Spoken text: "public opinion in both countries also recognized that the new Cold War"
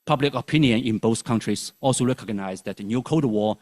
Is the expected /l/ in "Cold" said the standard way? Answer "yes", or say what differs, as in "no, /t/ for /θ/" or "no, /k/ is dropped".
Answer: no, /l/ is dropped